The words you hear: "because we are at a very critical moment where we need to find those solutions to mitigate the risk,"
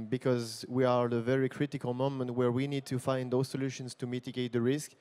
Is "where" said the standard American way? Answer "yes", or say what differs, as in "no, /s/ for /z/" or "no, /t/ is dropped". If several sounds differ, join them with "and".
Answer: yes